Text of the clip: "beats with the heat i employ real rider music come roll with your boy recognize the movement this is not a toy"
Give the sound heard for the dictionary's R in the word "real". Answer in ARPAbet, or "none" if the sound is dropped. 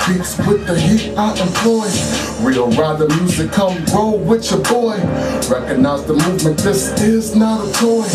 W